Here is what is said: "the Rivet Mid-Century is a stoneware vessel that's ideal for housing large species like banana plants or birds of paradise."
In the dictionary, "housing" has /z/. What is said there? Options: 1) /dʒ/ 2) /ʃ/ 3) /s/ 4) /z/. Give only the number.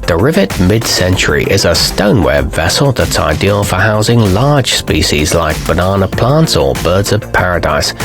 4